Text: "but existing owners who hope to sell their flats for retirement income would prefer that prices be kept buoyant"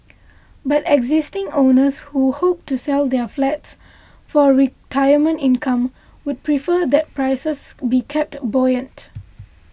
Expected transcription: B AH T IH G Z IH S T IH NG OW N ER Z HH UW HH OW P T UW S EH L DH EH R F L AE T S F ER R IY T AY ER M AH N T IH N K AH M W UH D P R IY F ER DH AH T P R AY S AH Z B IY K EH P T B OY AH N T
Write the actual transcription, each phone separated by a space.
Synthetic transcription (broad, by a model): B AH T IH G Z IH S T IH NG OW N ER S HH UW HH OW P T UW S EH L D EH F L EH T S F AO R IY T AY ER M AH N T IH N K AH M W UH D P R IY F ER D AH T P R AY S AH S B IY K EH P T B OY AH N T